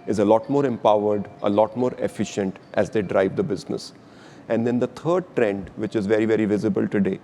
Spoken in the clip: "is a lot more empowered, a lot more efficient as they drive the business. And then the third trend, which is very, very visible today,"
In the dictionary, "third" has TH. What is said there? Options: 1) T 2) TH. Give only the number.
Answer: 1